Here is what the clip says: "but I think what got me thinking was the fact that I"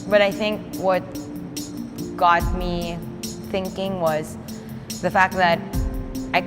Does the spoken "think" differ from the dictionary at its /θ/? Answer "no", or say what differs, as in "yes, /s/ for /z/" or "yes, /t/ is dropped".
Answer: no